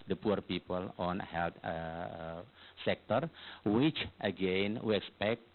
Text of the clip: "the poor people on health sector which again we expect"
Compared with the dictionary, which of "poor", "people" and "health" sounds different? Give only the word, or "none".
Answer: health